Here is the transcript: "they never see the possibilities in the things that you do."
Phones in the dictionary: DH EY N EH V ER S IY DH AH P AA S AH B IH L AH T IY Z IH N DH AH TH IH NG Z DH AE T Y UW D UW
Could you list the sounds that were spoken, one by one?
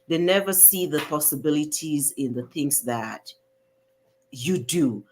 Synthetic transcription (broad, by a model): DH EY N EH V ER S IY DH AH P AA S AH B IH L AH T IY Z IH N DH AH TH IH NG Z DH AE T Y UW D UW